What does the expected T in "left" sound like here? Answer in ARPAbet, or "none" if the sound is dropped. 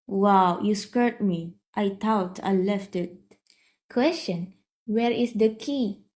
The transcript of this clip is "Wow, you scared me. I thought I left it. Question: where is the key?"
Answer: T